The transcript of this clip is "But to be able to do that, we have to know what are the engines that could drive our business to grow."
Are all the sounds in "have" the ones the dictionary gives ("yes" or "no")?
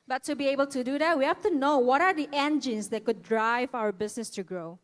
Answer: no